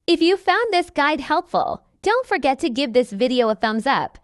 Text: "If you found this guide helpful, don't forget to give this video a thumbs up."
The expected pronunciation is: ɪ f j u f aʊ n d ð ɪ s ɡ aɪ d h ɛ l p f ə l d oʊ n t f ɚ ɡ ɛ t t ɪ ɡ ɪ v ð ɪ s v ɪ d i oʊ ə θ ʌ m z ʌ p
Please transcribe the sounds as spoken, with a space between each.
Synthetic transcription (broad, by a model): ɪ f j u f aʊ n ð ɪ s ɡ aɪ d h ɛ l p f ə l d oʊ n t f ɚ ɡ ɛ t t ɪ ɡ ɪ v ð ɪ s v ɪ d i oʊ ə θ ʌ m z ʌ p